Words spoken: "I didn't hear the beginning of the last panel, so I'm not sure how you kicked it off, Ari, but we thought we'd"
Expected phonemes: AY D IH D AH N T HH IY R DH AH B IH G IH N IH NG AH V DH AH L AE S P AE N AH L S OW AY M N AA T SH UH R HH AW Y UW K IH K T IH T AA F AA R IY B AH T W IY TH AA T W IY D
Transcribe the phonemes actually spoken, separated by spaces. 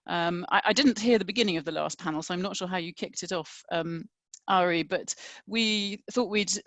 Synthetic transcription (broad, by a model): AY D IH D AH N T HH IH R DH AH B IH G IH N IH NG AH V DH AH L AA S P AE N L S OW AY M N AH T SH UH HH AW Y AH K IH K T IH T AA F AA R IY B AH T W IY TH AA T W IY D